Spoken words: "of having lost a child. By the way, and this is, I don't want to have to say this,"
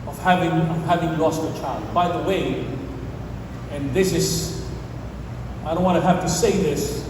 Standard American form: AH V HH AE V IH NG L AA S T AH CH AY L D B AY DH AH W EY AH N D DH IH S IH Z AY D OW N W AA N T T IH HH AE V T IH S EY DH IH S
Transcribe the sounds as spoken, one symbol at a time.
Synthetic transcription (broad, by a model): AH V HH AE V IH NG L AA S T AH CH AY L D B AY DH AH W EY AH N DH IH S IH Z AY D OW N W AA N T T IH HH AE F T IH S EY DH IH S